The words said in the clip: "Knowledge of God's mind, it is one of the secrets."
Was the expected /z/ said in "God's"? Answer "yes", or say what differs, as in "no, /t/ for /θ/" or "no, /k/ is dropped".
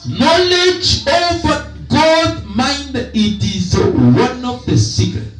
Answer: no, /z/ is dropped